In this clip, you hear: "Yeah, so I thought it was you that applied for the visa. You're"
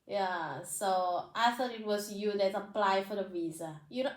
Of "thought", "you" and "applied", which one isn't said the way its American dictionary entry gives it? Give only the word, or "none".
thought